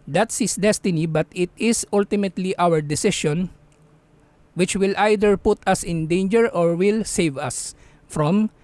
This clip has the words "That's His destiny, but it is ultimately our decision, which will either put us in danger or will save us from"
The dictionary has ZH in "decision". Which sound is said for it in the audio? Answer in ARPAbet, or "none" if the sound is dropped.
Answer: SH